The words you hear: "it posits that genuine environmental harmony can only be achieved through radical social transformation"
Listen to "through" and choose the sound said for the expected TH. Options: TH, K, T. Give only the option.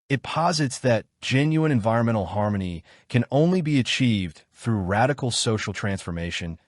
TH